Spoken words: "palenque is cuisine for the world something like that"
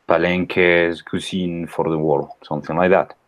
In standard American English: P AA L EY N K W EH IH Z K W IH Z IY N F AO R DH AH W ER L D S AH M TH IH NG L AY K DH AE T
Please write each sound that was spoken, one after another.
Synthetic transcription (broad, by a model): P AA L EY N K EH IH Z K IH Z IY N F AO R DH AH W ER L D S AH M TH IH NG L AY K DH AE T